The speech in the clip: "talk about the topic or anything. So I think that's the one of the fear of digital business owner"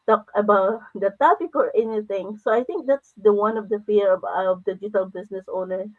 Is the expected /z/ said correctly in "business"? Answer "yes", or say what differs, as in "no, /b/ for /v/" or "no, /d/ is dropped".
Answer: no, /s/ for /z/